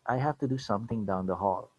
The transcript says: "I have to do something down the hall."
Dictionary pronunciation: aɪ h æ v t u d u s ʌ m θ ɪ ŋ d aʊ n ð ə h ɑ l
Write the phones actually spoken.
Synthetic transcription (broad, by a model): aɪ h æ f t u d u s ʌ m t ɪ ŋ d aʊ n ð ə h ɑ l